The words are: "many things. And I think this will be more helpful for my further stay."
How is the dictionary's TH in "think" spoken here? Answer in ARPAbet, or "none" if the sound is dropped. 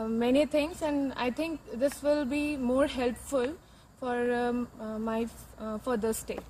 T